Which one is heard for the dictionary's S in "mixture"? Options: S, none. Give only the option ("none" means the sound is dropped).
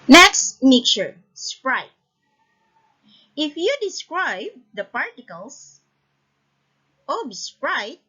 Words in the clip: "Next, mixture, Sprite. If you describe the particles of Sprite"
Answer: none